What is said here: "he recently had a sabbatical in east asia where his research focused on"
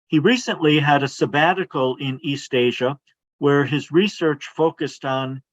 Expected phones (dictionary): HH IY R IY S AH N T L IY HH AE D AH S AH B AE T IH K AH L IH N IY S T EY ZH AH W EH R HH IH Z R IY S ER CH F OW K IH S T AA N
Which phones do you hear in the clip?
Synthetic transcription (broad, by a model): HH IY R IY S AH N T L IY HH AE D AH S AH B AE T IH K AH L IH N IY S T EY ZH AH W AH R IH Z R IY S ER CH F OW K IH S T N